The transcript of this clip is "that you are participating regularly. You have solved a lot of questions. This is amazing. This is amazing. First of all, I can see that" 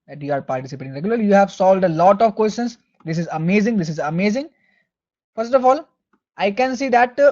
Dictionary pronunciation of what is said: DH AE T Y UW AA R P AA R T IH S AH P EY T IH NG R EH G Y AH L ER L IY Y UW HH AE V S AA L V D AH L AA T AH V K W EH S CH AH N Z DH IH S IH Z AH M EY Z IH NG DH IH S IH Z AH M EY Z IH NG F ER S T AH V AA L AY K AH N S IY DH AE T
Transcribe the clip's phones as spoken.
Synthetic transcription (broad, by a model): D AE T Y UW AA R P AA R T IH S AH P EY T IH NG R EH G Y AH L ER L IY Y UW HH AE V S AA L D AH L AA T AH V K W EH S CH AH N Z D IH S IH Z AH M EY Z IH NG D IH S IH Z AH M EY Z IH NG F ER S T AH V AA L AY K AH N S IY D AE T